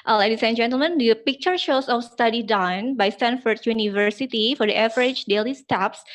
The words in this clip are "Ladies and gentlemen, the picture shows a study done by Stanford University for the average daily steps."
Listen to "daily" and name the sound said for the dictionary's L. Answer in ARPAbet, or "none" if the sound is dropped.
L